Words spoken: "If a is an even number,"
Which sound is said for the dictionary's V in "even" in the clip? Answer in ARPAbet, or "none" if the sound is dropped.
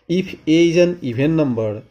B